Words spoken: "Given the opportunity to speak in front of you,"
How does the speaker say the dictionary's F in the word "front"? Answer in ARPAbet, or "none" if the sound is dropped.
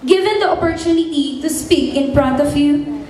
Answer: P